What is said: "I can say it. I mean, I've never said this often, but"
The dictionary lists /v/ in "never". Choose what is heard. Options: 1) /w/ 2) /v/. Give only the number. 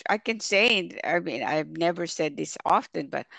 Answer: 2